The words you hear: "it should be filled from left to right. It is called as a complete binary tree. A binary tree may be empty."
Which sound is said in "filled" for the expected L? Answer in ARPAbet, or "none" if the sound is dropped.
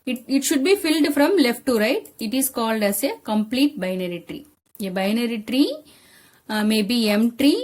L